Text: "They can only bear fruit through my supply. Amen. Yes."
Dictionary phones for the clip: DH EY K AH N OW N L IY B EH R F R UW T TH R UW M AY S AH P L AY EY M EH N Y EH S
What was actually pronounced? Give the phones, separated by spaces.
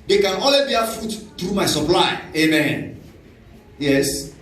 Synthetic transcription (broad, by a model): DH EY K AH N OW L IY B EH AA F UW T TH R UW M AY S AH P L AY EY M EH N Y EH S